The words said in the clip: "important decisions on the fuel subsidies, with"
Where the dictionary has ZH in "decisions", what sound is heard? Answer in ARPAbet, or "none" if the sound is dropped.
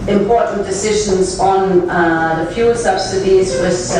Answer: ZH